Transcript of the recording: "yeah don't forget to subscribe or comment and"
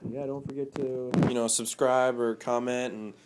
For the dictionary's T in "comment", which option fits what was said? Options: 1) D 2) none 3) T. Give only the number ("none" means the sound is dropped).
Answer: 3